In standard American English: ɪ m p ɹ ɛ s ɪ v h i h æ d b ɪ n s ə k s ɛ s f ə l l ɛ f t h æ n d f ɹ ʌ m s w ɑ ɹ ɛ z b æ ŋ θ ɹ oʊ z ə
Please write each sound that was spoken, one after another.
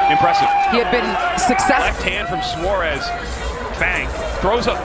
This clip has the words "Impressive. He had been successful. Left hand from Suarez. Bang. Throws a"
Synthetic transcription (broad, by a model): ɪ m p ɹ ɛ s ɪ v h i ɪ d b ɪ n s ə k s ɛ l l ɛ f t h æ n d f ɹ ʌ m s w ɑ ɹ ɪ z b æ ŋ θ ɹ oʊ z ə